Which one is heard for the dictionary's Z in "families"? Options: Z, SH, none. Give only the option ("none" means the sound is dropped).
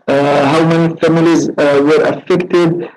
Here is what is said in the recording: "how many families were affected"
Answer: Z